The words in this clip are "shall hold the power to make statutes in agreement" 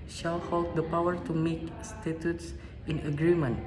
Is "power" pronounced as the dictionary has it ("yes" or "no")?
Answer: yes